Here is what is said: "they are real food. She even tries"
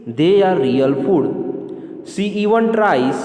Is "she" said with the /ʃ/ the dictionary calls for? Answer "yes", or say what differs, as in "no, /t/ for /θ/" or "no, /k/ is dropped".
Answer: no, /s/ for /ʃ/